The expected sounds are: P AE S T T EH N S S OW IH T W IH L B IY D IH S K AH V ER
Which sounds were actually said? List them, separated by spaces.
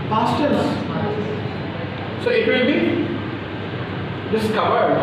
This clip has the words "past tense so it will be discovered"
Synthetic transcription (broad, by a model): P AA S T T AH S S OW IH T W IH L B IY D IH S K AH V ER